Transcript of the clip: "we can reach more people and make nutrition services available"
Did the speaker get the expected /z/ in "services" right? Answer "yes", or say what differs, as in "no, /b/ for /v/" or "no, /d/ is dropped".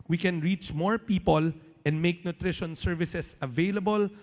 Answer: no, /s/ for /z/